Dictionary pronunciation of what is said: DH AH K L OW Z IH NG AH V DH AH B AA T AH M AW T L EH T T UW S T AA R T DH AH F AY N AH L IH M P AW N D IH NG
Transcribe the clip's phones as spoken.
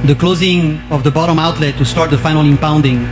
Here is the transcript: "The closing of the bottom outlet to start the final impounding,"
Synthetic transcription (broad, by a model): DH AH K L OW Z IH NG AH V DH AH B AA T AH M AW T L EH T T UW S T AA R T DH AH F AY N AH L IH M P AW N D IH NG